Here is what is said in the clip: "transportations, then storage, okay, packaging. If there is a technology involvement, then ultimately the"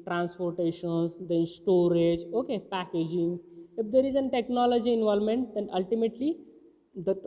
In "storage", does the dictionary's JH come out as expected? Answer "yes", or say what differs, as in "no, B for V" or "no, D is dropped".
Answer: yes